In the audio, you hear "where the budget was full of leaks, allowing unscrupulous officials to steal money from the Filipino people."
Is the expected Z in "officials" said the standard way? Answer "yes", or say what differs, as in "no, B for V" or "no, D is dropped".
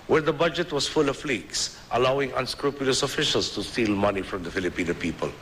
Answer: no, S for Z